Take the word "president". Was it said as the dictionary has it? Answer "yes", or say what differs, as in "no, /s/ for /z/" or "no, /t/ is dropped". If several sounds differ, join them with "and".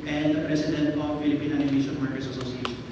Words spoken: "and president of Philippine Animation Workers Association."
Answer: no, /s/ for /z/